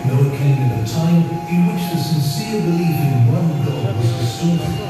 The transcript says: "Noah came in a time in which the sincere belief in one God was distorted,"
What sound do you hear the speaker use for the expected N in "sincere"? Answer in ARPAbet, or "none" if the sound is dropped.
N